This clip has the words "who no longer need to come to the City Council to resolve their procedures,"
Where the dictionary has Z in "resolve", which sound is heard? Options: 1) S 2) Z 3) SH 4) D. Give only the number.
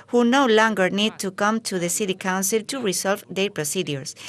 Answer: 1